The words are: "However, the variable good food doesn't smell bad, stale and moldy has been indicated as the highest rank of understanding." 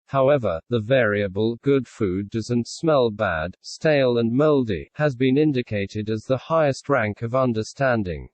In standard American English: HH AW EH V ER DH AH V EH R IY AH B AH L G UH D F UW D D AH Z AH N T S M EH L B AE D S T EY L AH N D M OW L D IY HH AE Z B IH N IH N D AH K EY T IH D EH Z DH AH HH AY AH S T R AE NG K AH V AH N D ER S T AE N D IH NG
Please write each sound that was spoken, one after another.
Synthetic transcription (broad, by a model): HH AW EH V ER DH AH V EH R IY AH B AH L G UH D F UW D D AH Z AH N T S M EH L B AE D S T EY L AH N M OW L D IY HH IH Z B IH N IH N D AH K EY T IH D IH Z DH AH HH AY AH S T R AE NG K AH V AH N D ER S T AE N D IH NG